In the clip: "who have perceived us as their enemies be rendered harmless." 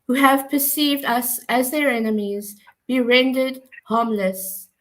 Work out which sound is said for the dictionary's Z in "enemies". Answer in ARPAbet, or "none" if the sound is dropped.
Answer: Z